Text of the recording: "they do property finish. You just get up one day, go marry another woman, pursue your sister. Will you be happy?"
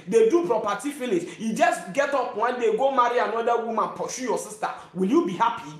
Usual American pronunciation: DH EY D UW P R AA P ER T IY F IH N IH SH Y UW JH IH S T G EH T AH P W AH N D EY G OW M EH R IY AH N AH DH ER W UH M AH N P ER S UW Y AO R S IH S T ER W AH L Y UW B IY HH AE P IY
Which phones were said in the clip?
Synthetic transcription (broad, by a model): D EY D UW P R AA P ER T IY F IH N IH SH Y UW JH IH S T G EH T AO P W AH N D EY G OW M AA R IY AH N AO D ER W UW M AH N P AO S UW Y AO S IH S T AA W AH L Y UW B IY HH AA P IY